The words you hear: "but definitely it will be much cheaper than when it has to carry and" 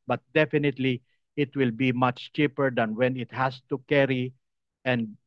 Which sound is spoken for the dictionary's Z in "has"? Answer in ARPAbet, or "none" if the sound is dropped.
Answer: S